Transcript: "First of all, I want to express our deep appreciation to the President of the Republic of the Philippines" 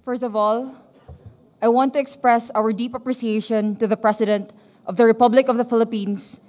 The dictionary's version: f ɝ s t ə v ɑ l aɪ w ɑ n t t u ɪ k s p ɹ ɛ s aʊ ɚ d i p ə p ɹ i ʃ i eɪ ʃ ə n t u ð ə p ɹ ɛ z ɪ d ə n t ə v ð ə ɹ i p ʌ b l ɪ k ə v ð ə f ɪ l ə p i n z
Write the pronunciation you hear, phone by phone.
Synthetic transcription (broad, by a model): f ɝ s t ə v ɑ l aɪ w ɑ n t t u ɪ k s p ɹ ɛ s aʊ ɚ d i p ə p ɹ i s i eɪ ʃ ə n t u ð ə p ɹ ɛ s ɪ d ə n t ə v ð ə ɹ i p ʌ b l ɪ k ə v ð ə f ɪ l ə p i n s